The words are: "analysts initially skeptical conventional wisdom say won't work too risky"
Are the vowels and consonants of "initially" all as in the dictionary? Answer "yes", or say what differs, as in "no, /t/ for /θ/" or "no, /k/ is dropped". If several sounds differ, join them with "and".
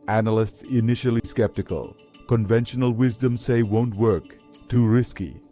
yes